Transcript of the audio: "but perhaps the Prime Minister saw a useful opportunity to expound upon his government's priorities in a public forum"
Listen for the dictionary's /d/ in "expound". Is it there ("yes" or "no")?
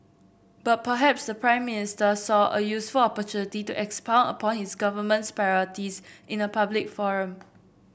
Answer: no